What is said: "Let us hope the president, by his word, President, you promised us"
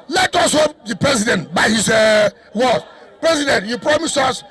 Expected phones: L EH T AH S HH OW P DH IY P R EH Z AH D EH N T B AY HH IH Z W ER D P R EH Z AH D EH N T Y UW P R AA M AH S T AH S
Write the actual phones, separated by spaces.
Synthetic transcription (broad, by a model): L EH T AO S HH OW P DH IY P R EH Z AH D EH N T B AY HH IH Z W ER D P R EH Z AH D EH N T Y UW P R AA M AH S AH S